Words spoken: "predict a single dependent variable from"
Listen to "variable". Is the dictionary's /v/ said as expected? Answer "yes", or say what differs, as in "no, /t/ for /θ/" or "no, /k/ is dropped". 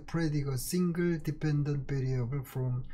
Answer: no, /p/ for /v/